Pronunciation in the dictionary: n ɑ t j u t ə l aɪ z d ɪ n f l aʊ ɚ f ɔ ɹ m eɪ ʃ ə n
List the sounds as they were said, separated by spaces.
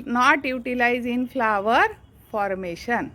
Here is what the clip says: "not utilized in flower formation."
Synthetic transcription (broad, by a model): n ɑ t j u t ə l aɪ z ɪ n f l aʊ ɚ f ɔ ɹ m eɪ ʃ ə n